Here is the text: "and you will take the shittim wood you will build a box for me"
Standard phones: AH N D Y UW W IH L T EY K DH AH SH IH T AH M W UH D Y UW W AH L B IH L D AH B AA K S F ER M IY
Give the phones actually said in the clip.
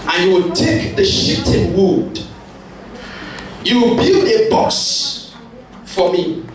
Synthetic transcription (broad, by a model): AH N Y UW W IH L T EY K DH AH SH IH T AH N W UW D Y UW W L B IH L AH B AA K S F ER M IY